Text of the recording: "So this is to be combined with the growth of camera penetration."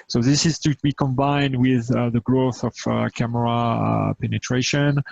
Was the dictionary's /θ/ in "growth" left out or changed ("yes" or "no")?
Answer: no